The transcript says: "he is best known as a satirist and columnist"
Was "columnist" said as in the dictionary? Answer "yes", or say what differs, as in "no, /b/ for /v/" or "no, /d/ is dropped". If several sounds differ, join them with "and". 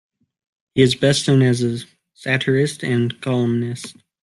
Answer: yes